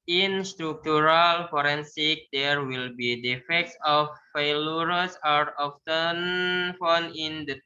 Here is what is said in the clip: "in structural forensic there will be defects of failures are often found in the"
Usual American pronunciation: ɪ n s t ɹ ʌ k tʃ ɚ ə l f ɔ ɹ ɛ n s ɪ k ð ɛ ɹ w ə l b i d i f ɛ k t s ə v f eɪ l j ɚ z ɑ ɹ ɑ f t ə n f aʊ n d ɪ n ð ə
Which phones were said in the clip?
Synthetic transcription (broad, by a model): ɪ n s t ɹ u k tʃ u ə l f ɔ ɹ ɛ n s ɪ k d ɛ ɹ w ə l b i d i f ɛ k t s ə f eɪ l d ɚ s ɑ ɹ ɑ f t ə n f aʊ n ɪ n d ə